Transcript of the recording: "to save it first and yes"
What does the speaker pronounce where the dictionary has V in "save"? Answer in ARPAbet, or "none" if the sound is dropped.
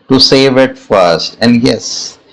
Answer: V